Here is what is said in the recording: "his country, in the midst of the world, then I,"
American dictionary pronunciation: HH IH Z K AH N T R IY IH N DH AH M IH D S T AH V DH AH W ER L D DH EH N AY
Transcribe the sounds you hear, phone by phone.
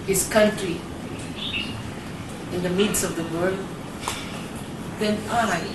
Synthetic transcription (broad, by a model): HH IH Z K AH N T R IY IH N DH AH M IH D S AH V DH AH W ER L D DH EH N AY